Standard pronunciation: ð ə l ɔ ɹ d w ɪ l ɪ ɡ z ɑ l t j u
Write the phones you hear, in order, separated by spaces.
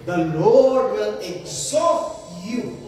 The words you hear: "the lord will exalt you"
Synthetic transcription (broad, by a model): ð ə l ɔ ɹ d w ɪ l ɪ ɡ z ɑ t j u